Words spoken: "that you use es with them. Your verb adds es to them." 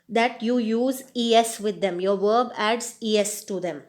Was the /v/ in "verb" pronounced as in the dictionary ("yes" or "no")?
yes